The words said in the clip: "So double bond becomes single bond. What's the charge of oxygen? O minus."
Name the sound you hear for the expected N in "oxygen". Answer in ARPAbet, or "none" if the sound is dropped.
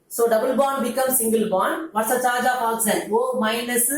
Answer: L